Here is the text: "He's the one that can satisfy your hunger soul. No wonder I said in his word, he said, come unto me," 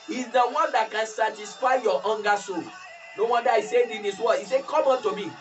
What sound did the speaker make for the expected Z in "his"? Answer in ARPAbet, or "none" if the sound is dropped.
S